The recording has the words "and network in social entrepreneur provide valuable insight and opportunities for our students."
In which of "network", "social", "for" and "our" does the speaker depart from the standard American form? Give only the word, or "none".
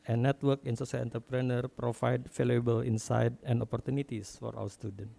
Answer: social